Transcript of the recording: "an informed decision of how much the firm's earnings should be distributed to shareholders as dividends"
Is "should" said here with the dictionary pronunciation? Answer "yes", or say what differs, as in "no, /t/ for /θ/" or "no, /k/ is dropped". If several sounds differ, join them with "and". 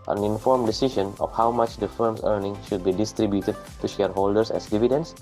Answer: yes